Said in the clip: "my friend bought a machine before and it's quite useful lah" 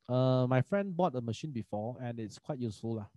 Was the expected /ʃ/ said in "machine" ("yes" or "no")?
yes